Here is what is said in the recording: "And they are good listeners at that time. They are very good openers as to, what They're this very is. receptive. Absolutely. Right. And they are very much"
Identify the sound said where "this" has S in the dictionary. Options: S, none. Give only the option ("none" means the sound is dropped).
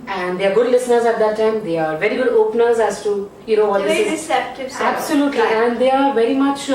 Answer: none